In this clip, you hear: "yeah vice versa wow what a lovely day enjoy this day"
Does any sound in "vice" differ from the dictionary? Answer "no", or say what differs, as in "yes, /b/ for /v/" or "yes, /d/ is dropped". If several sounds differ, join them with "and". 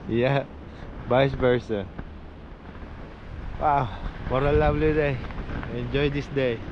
yes, /b/ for /v/